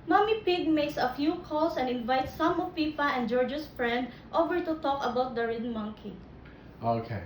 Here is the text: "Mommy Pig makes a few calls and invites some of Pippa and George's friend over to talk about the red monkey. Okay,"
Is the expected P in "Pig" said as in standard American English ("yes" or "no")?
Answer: yes